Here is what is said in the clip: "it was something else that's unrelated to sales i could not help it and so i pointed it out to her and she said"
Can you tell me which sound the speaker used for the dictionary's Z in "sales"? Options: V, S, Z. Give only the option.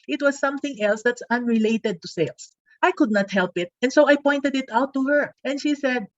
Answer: S